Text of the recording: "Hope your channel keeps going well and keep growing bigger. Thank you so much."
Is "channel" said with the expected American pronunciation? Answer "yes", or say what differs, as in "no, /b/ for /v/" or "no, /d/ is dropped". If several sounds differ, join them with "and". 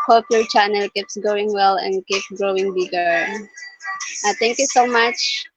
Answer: yes